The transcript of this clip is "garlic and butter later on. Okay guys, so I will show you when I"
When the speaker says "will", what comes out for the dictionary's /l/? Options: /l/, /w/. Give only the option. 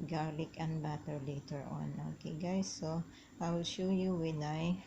/w/